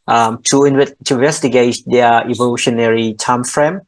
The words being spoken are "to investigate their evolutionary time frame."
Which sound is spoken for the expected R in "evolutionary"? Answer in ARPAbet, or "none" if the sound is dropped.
R